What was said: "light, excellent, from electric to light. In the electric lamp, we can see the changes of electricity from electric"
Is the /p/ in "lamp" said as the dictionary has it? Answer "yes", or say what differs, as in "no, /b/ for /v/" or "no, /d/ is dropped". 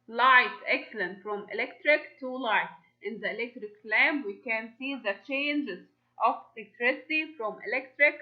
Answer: no, /b/ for /p/